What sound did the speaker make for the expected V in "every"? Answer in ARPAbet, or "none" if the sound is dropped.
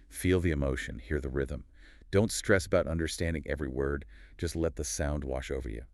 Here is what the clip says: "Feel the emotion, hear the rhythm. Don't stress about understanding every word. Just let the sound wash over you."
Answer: V